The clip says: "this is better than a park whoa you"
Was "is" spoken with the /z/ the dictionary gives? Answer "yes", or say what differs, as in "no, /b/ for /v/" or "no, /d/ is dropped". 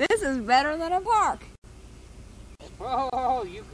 yes